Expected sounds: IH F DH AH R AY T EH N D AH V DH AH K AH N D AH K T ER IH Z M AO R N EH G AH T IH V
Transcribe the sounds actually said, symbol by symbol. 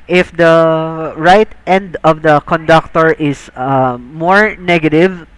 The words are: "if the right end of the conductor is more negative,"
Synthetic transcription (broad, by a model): IH F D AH R AY T EH N D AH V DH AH K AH N D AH K T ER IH S M AO R N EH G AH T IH V